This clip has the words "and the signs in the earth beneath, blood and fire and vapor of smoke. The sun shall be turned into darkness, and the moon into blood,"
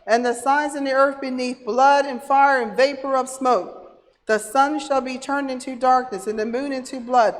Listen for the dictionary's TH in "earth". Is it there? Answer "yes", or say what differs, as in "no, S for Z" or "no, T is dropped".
yes